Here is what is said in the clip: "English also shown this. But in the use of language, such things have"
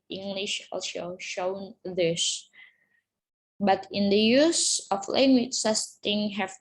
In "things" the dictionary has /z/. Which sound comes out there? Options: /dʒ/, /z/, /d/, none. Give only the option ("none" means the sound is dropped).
none